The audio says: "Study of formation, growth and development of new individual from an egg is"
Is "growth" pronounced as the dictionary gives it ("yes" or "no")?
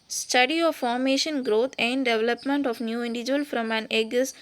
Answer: no